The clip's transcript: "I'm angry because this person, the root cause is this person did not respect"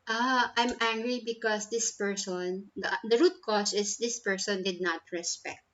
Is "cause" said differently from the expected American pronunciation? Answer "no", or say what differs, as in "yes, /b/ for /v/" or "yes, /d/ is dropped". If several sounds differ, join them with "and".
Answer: yes, /s/ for /z/